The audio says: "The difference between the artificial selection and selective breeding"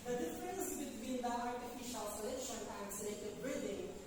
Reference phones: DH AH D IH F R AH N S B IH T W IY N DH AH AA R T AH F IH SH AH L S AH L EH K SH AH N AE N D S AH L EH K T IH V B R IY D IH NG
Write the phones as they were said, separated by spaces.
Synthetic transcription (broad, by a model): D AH D IH F R AH N S B IH T W IY N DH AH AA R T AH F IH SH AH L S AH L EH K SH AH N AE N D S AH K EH T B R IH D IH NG